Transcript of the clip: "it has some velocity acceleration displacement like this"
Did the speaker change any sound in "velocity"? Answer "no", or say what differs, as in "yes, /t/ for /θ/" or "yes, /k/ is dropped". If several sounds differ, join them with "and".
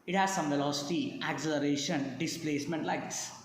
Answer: no